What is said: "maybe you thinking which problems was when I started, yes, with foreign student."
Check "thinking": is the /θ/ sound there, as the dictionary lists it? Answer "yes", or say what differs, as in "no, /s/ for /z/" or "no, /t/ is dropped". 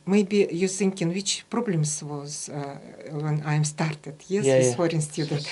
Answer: no, /s/ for /θ/